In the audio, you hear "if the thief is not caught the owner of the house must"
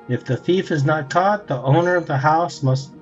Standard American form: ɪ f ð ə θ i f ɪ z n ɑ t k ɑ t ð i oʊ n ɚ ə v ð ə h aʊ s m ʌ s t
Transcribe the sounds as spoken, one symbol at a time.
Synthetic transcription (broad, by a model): ɪ f ð ə θ i f ɪ z n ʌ t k ɑ t ð i oʊ n ɚ ə v ð ə h aʊ s m ʌ s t